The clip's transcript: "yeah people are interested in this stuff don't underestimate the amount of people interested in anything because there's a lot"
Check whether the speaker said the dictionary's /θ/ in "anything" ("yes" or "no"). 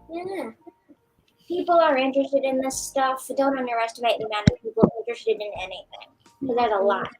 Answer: yes